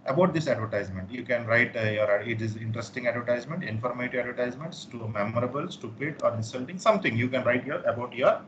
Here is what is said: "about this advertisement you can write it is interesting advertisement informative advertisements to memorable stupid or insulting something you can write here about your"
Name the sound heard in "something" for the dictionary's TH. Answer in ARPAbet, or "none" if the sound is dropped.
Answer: T